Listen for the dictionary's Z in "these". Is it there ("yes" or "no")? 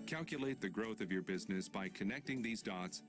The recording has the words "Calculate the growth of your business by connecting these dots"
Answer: yes